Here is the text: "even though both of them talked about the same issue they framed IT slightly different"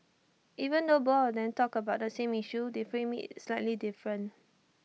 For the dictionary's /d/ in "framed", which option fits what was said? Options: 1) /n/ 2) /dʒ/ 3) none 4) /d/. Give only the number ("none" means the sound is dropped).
3